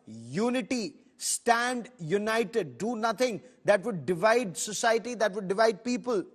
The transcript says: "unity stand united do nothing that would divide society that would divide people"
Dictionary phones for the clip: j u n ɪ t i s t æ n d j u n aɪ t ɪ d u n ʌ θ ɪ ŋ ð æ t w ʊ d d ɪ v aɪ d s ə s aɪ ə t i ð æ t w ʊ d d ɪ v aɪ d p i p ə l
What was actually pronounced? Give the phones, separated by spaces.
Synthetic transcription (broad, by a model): j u n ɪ t i s t æ n d j u n aɪ t ɪ d u n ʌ t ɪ ŋ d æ t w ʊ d d ɪ v aɪ d s ə s aɪ ə t i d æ t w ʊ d d ɪ v aɪ d p i p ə l